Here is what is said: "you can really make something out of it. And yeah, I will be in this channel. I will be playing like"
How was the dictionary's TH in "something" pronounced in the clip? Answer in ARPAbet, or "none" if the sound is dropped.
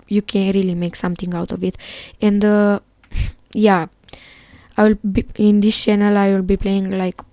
T